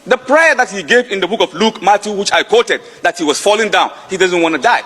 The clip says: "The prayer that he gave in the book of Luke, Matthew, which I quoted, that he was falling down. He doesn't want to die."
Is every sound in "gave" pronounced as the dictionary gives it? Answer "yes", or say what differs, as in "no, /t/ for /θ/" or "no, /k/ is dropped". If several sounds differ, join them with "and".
yes